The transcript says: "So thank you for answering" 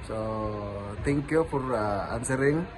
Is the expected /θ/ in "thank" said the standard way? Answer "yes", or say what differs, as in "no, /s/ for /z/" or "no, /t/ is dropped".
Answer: no, /t/ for /θ/